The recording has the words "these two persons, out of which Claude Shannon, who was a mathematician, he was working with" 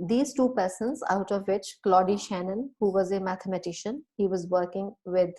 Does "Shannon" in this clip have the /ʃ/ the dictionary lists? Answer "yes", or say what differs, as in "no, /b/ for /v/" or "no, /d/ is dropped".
yes